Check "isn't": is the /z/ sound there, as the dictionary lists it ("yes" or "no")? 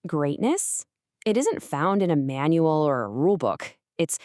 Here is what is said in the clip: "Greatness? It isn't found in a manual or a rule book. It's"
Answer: yes